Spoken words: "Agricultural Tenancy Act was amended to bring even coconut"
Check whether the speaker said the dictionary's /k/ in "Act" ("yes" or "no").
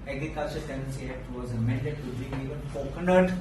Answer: no